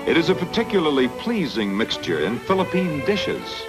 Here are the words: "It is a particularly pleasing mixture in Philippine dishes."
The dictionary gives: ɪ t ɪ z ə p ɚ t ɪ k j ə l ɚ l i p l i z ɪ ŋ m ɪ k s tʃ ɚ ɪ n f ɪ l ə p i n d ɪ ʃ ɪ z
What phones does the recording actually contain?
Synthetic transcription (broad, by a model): ɪ t ɪ z ə p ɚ t ɪ k j l ɚ l i p l i z ɪ ŋ m ɪ k s tʃ ɚ ɪ n f ɪ l ə p i n d ɪ ʃ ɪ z